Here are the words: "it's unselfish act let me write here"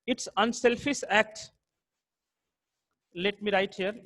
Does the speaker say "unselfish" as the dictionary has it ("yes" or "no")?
no